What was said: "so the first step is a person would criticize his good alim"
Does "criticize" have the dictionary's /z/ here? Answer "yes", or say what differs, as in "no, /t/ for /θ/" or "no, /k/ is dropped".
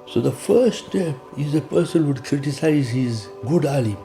yes